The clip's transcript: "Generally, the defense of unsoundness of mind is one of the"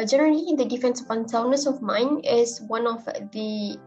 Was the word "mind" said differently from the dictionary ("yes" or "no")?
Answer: yes